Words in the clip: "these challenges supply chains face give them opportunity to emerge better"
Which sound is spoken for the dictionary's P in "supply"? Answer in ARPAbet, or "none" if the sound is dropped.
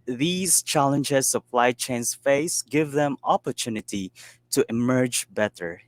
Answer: F